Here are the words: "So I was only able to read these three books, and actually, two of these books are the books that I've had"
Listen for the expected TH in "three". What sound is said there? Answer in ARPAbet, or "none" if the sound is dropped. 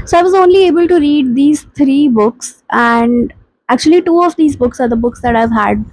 T